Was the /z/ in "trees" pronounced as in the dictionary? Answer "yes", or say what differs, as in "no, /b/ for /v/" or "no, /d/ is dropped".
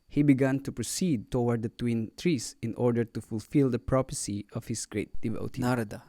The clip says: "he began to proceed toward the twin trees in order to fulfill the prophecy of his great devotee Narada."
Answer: no, /s/ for /z/